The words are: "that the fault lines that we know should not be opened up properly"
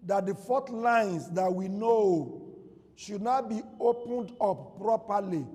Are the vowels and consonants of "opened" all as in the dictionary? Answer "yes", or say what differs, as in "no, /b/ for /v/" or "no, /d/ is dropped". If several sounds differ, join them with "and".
yes